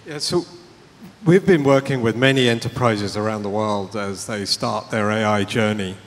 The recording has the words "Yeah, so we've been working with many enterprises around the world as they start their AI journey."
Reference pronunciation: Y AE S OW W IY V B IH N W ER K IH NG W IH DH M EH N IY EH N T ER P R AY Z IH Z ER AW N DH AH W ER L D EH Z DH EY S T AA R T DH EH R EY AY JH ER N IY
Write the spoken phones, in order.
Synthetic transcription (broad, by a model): Y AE S OW W IY V B IH N W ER K IH NG W IH DH M EH N IY EH N T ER P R AY Z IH Z ER AW N DH AH W ER L D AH Z DH EY S T AA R T DH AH R EY AY JH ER N IY